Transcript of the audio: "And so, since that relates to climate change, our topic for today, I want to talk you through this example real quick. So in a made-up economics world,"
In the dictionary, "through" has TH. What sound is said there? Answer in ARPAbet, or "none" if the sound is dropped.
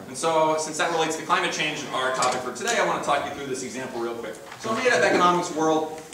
TH